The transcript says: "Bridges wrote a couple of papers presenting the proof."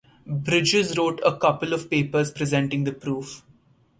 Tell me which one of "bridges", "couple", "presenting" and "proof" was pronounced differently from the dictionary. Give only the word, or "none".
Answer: none